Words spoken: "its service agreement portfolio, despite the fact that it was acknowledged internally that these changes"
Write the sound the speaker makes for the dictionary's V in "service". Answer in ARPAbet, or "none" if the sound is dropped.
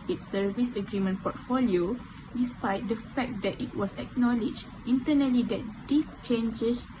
V